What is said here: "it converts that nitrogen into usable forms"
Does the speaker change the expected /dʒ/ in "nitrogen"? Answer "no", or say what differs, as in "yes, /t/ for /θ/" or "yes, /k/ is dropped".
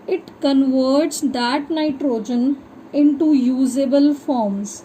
no